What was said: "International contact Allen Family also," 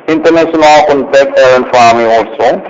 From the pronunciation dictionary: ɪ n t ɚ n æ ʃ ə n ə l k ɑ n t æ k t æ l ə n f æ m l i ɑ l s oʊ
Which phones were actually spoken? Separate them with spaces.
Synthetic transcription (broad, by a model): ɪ n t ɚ n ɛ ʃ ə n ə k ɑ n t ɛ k ʌ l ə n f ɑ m i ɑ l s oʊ